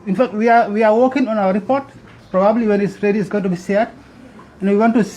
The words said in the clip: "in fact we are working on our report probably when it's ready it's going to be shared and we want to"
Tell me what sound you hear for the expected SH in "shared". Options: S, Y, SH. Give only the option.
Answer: S